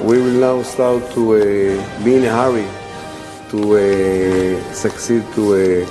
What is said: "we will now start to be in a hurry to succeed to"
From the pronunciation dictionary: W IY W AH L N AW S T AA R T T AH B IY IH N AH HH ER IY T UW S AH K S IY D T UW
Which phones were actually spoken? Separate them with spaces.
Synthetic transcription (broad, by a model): W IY W AH L N AW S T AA W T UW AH B IY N AH HH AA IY T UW S AH K S IY D T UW